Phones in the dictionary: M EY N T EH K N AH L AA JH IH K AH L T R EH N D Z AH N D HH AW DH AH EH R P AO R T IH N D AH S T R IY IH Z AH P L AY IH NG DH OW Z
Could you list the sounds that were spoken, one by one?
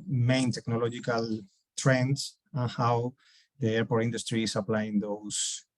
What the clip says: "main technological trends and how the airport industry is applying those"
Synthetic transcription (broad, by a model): M EY N T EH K N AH L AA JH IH K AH L T R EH N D S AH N HH AW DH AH EH R P AO R T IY N D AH S T R IY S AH P L AY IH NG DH OW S